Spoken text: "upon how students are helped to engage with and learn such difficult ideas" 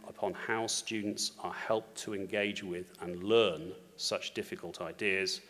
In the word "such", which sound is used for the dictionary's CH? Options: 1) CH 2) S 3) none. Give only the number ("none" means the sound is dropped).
1